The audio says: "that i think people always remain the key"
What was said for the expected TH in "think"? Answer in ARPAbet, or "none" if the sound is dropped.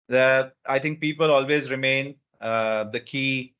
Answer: T